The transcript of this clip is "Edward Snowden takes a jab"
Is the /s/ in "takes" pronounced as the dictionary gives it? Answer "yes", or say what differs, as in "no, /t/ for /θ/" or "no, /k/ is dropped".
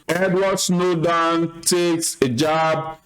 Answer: yes